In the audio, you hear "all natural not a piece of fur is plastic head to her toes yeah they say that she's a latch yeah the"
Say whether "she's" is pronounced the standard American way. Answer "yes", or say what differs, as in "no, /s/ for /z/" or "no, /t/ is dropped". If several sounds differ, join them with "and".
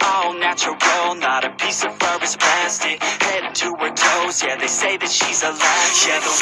yes